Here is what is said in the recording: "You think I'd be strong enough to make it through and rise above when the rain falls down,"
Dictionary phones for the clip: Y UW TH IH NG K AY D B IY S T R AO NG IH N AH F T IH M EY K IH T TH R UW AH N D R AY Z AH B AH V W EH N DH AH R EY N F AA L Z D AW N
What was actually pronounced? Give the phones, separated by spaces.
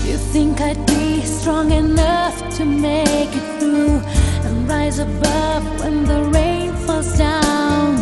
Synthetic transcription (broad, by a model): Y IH TH IH NG K AY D B IY S T R AO NG IH N AH F T IH M EY K IH T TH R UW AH N R AY Z AH B AH V W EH N DH AH R EY N F AA L Z D AW N